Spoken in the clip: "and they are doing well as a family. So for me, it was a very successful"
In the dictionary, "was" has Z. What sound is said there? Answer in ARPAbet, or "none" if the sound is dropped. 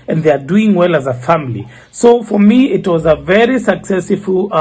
Z